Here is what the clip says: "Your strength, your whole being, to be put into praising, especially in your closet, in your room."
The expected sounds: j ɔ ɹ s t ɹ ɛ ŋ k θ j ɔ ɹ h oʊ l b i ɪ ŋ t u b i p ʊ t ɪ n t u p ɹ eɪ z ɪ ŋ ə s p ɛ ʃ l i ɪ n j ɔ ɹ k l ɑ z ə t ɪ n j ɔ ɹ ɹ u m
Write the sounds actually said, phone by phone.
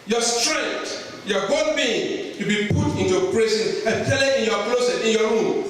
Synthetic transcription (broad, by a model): j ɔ s t ɹ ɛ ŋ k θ j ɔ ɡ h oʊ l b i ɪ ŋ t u b i p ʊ t ɪ n t u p ɹ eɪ s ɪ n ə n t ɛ l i ɪ n j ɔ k l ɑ s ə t ɪ n j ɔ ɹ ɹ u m